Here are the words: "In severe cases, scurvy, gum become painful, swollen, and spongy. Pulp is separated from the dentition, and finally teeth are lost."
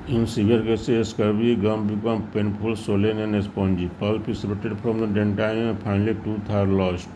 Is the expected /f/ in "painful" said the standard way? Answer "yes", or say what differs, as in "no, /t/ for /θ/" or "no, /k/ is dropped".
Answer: no, /p/ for /f/